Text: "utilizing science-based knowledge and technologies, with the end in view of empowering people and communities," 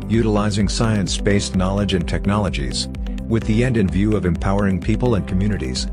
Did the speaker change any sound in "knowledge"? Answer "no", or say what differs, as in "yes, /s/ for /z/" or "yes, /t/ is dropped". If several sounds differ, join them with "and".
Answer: no